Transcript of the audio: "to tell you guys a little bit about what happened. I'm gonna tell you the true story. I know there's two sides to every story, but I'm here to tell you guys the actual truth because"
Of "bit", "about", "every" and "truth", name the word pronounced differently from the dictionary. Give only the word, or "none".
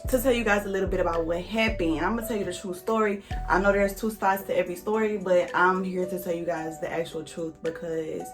none